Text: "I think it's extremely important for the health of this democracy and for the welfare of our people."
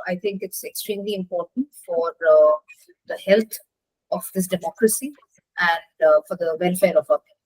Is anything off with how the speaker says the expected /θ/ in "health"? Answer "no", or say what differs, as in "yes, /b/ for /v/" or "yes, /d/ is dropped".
yes, /t/ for /θ/